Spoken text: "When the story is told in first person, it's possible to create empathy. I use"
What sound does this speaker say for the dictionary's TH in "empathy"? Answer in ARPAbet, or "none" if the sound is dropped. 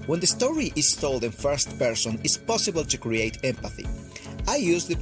TH